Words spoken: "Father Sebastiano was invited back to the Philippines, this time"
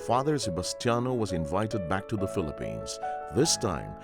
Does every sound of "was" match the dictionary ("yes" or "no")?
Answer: yes